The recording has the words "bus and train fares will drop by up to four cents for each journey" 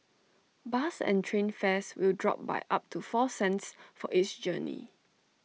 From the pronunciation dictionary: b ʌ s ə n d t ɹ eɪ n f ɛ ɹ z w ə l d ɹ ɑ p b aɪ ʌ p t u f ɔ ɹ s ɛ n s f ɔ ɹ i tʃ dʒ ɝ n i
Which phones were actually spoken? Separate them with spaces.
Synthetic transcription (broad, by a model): b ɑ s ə n t ɹ eɪ n f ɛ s w ə l d ɹ ɑ p b aɪ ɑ p t u f ɔ s ɛ n s f ɔ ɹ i s dʒ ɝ n i